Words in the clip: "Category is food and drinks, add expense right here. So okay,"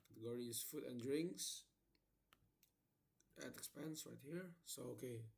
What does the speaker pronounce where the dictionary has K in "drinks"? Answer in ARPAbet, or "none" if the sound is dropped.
K